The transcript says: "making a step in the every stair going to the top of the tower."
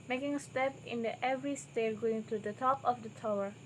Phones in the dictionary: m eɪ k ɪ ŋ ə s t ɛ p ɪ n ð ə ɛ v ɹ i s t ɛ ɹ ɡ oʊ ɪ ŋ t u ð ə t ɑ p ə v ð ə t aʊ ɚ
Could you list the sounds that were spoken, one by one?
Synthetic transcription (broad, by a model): m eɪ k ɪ ŋ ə s t ɛ p ɪ n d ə ɛ v ɹ i s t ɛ l ɡ oʊ ɪ ŋ t u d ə t ɑ p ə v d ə t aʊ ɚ